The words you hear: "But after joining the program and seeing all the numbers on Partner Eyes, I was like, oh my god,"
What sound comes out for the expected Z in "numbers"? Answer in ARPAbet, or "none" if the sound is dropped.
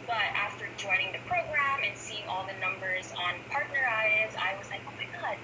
Z